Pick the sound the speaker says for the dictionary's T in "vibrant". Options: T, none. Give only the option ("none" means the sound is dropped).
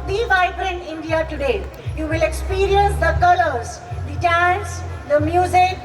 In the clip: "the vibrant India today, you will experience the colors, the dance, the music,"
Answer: none